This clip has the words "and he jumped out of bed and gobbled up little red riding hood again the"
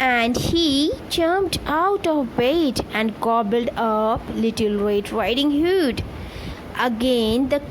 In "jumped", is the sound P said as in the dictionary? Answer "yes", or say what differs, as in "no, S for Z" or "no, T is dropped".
no, P is dropped